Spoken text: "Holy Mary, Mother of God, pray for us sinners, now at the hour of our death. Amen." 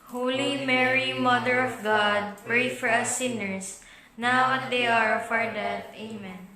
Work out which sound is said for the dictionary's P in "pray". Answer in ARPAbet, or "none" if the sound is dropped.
P